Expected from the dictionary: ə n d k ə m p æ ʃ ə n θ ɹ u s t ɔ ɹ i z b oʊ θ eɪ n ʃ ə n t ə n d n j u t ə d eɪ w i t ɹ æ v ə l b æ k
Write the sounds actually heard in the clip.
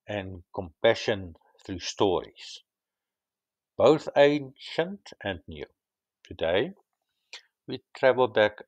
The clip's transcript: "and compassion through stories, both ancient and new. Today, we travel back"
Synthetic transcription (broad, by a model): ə n k ə m p æ ʃ ə n θ ɹ u s t ɔ ɹ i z b oʊ θ eɪ n ʃ ə n t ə n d n j u t ə d eɪ w i t ɹ æ v ə l b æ k